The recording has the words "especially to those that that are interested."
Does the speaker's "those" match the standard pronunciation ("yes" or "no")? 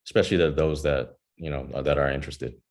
yes